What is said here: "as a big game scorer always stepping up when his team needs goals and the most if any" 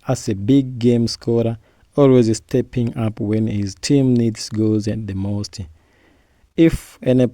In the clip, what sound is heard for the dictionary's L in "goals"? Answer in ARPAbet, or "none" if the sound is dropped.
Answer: none